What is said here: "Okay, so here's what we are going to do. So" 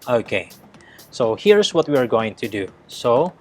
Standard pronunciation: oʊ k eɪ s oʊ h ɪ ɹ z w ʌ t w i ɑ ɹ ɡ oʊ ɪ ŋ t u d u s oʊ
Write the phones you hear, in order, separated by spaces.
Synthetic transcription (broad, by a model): oʊ k eɪ s oʊ h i ɹ s w ʌ t w i ɑ ɹ ɡ oʊ ɪ ŋ t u d u s oʊ